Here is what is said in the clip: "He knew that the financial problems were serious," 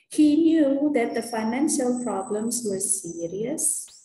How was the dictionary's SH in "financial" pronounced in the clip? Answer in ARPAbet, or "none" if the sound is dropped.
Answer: SH